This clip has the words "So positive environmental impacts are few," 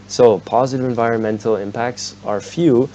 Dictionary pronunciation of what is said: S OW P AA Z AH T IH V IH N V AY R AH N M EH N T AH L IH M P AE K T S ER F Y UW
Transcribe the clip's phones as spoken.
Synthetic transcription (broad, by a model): S OW P AA Z AH T IH V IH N V AY R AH N M EH N T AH L IH M P AE K T S ER F Y UW